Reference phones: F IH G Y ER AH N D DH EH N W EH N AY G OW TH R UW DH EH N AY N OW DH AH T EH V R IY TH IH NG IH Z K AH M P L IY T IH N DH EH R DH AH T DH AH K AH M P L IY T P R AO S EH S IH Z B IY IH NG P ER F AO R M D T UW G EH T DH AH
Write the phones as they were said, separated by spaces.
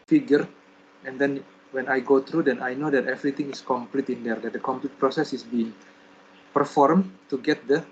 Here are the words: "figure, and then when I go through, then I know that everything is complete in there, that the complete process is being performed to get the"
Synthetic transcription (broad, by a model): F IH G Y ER AH N D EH N W EH N AY G OW T R UW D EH N AY N OW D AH T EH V R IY T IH NG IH S K AH M P L IY T IH N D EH R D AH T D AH K AH M P L IY T P R AO S EH S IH S B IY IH NG P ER F AO R M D T UW G EH T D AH